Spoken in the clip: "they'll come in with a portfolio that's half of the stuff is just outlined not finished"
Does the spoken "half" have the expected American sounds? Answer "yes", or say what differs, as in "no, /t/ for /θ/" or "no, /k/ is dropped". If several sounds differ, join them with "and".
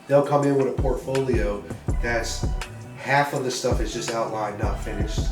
yes